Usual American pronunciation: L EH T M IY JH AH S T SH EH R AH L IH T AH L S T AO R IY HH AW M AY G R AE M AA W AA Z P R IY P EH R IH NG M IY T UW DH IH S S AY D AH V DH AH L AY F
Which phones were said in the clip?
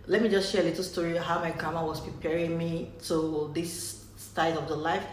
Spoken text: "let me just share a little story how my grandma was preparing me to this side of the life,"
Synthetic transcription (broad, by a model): L EH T M IY JH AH S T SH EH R AH L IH T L S T AO R IY HH AW M AY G AA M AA W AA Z P R IY P EH R IH NG M IY T UW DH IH S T AY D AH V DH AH L AY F